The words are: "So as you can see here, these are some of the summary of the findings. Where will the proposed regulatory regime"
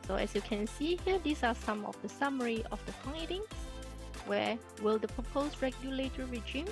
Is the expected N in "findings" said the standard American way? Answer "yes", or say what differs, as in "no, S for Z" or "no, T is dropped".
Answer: no, N is dropped